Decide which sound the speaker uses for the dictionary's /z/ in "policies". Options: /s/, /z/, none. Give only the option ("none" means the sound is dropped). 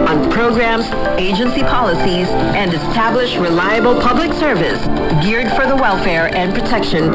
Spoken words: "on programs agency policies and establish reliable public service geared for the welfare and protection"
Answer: /z/